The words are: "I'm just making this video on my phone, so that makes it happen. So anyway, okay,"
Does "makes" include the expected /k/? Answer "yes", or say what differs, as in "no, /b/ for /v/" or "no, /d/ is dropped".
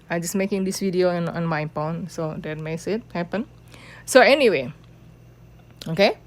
no, /k/ is dropped